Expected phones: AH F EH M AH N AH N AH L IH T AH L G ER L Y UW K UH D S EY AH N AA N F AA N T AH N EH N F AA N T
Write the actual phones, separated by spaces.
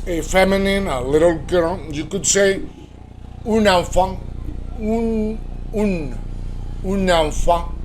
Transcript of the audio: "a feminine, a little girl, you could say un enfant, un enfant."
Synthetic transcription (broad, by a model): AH F EH M AH N AH N AH L IH T AH L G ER N Y UW K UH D S EY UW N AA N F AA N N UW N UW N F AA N